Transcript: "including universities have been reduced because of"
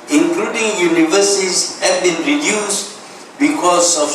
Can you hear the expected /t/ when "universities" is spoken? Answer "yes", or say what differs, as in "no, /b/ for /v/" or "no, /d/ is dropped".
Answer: no, /s/ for /t/